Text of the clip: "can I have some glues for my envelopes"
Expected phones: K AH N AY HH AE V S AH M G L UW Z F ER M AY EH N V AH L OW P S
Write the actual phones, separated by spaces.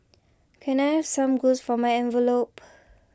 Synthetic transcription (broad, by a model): K AH N AY HH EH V S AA M G UW S F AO M AY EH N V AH L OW P